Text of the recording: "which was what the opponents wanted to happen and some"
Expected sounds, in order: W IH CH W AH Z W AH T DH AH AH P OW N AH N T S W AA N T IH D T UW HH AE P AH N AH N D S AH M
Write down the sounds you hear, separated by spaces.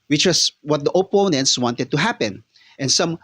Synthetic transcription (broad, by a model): W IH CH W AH S W AH T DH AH AH P OW N AH N T S W AA N T IH D T UW HH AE P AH N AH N S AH M